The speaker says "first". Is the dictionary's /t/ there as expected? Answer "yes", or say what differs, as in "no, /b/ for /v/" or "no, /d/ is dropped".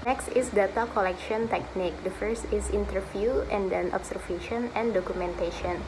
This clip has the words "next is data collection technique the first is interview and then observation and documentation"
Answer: yes